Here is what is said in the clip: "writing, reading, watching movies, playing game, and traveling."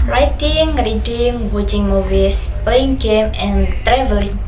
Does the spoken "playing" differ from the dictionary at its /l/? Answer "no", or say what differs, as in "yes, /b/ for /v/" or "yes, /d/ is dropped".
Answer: yes, /l/ is dropped